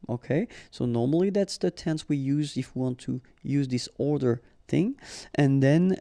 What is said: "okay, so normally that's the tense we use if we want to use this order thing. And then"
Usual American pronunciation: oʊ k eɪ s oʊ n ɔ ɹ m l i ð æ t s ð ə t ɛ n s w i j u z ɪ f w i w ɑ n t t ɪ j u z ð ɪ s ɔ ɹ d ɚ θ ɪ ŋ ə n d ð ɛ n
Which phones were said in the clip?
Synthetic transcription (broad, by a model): oʊ k eɪ s oʊ n ɔ ɹ m l i ð æ t s ð ə t ɛ n s w i j u z ɪ f w i w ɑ n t t ɪ j u z ð ɪ s ɔ ɹ d ɚ θ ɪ ŋ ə n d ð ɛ n